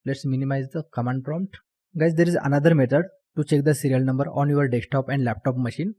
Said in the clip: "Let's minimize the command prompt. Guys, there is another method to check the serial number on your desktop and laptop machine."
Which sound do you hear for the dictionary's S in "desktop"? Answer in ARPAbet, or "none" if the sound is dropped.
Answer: none